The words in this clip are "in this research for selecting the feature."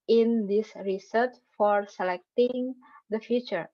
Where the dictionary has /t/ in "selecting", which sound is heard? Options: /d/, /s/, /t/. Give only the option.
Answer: /t/